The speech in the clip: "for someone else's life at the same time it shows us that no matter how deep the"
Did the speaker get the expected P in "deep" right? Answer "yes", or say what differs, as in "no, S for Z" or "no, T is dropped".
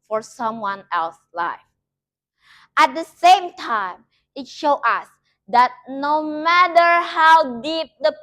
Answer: yes